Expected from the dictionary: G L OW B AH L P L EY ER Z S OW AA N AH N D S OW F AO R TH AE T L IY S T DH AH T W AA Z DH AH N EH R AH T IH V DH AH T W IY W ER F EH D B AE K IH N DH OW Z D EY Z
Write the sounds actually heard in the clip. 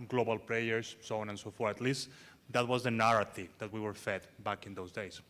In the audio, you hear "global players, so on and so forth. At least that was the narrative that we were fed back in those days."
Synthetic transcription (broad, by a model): G L OW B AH L P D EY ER S OW AA N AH N S OW F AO R T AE T L IY S T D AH T W AA Z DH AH N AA R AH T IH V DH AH T W IY W ER F EH D B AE K IH N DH OW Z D EY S